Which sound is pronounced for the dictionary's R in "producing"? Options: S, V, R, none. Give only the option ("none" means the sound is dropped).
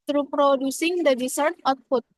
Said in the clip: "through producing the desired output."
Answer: R